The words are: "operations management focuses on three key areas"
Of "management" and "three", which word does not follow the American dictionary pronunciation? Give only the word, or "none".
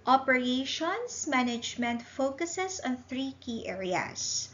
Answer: none